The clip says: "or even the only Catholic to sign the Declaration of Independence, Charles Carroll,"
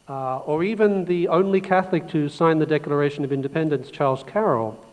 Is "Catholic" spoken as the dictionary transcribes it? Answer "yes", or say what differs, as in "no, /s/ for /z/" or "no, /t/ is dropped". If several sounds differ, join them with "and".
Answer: yes